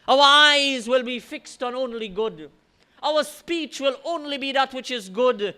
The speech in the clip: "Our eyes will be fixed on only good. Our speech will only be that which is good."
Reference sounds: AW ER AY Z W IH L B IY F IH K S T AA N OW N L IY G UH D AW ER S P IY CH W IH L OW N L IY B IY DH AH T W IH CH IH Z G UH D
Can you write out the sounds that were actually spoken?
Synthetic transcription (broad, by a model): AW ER AY Z W IH L B IY F IH K S T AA N OW N L IY G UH D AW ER S P IY CH W IH L OW N L IY B IY DH AH T W IH CH IH Z G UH D